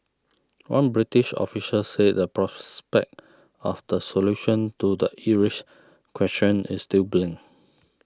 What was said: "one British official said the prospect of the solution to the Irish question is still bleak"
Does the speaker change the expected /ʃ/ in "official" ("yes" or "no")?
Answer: yes